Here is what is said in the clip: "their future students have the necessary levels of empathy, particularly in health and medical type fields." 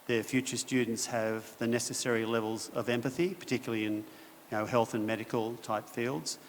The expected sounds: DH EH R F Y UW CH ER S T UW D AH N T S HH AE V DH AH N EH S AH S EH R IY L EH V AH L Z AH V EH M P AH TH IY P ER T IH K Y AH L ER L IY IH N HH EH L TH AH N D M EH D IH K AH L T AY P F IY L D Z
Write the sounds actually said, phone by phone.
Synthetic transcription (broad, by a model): DH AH R F Y UW CH ER S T UW D N T S HH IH V DH AH N EH S AH S EH R IY L EH V AH L Z AH V EH M P AH TH IY P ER T IH K Y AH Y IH N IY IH HH EH L TH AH N M EH D IH K AH L T AY P F IY L D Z